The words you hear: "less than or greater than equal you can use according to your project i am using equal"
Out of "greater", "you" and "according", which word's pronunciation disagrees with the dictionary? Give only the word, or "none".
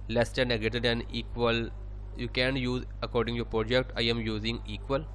greater